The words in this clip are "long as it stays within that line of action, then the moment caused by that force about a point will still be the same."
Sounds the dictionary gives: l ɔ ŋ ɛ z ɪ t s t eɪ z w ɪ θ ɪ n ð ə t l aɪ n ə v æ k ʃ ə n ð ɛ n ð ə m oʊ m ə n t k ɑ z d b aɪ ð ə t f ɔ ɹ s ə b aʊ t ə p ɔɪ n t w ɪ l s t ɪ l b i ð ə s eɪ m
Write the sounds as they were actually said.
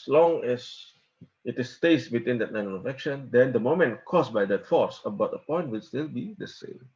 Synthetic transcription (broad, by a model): l ɔ ŋ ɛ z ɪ t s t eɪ s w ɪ t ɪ n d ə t n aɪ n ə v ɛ k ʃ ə n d ɛ n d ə m oʊ m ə n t k ɑ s b aɪ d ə t f ɔ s ə b aʊ t ə p ɔɪ n t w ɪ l s t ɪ l b i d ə s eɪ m